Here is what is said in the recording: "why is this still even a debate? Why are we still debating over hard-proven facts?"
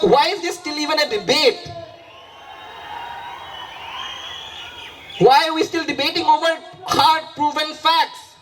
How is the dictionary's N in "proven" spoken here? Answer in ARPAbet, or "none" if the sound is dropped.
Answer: L